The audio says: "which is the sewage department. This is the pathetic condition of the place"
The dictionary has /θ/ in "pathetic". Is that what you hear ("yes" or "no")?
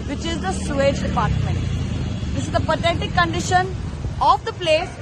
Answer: no